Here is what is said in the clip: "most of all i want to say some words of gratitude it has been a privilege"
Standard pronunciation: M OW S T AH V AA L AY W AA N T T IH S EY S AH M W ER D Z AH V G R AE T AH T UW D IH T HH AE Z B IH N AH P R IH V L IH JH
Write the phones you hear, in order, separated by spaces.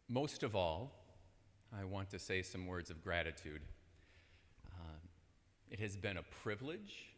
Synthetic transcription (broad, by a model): M OW S T AH V AA L AY W AA N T T IH S EY S AH M W ER D Z AH V G R AE T AH T UW D IH T HH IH Z B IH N AH P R IH V L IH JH